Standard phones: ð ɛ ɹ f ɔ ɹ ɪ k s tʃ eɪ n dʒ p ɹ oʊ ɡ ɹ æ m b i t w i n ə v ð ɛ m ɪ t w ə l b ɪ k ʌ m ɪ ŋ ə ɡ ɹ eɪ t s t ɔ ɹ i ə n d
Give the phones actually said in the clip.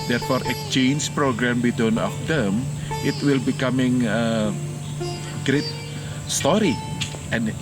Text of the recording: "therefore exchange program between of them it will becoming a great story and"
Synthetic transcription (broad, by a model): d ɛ ɹ f ɔ ɹ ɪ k tʃ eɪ n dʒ p ɹ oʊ ɡ ɹ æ m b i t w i n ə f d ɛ m ɪ t w ə l b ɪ k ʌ m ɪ ŋ ə ɡ ɹ eɪ t s t ɔ ɹ i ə n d